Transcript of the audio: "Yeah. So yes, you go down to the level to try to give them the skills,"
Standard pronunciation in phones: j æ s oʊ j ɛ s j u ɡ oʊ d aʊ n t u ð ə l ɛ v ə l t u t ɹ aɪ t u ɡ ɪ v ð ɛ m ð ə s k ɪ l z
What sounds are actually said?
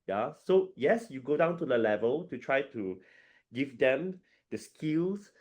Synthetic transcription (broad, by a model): j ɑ s oʊ j ɛ s j u ɡ oʊ d aʊ n t u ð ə l ɛ v ə l t u t ɹ aɪ t u ɡ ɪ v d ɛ m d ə s k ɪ l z